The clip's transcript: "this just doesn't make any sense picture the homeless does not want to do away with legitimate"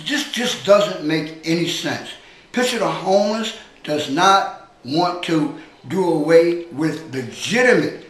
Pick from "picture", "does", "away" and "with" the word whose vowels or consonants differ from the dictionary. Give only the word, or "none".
picture